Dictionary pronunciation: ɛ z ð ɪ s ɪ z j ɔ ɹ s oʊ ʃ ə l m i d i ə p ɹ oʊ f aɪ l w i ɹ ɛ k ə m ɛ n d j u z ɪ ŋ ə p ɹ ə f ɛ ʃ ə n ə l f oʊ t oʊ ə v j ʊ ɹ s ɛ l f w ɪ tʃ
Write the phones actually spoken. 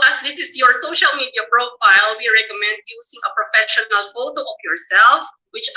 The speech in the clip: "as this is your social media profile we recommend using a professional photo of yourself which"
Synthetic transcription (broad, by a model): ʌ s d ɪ s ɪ s j ɔ ɹ s oʊ ʃ ə l m i d i ə p ɹ oʊ f aɪ l w i ɹ ɛ k ə m ɛ n d j u s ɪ ŋ ə p ɹ ə f ɛ ʃ ə n ə l f oʊ t oʊ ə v j ʊ ɹ s ɛ l f w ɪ tʃ